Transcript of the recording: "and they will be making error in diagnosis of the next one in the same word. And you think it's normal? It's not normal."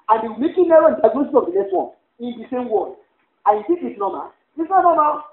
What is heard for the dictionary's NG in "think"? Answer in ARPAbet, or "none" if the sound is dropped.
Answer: none